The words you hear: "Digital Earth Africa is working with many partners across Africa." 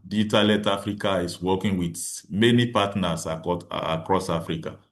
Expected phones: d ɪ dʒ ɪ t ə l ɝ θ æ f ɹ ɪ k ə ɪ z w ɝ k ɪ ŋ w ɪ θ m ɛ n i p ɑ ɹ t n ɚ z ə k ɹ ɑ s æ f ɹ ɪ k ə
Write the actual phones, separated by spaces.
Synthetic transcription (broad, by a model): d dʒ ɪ t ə l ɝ t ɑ f ɹ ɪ k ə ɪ s w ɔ k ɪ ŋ w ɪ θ m ɛ n i p ɑ t n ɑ s ə k ɹ ɑ s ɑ f ɹ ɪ k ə